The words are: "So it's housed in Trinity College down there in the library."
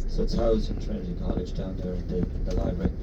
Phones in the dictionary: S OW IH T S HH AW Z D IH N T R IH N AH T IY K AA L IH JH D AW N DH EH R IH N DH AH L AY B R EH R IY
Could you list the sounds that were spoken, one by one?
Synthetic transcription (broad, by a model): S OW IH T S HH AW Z IH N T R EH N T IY K AA L IH JH D AW N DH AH R IH N DH AH L AY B R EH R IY